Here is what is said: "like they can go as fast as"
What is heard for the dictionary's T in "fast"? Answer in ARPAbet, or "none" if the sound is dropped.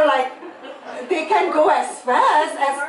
none